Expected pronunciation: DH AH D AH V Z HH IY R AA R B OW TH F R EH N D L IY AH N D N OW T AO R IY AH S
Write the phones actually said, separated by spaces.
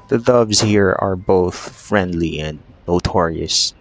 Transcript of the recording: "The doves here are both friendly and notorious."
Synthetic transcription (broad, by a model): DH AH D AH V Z HH IY R AA R B OW TH F R EH N D L IY AH N D N OW T AO R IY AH S